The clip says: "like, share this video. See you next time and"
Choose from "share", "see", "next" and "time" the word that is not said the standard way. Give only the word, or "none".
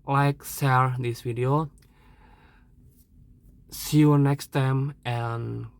share